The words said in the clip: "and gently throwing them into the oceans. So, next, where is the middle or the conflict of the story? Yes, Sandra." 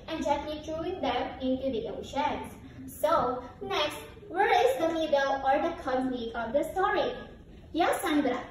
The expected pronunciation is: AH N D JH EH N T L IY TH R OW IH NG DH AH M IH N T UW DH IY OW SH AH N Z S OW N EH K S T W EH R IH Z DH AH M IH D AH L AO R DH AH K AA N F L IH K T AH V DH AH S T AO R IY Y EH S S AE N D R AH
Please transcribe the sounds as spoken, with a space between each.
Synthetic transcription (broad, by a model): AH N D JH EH T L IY T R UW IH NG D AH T IH N T UW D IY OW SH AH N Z S OW N EH K S T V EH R IH Z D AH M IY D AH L AO R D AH K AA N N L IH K AH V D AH S T AO R IY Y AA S S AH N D R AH